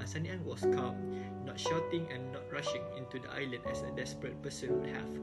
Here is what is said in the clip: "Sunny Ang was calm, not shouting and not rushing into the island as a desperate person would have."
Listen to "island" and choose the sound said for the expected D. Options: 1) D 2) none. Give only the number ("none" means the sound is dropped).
2